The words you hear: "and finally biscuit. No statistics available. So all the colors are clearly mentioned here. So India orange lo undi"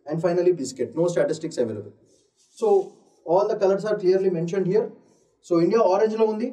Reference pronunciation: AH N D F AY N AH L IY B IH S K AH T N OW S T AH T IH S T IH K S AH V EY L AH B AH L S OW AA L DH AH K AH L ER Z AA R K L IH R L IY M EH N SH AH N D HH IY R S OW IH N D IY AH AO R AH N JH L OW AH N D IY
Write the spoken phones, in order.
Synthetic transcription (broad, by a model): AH N D F AY N AH L IY B IH S K AH T N OW S T AH T IH S T IH K S AH V EY L AH B AH L S OW AA L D AH K AH L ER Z AA R K L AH R L IY M EH N SH AH N D HH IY R S OW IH N D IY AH AO R AH N JH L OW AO N D IY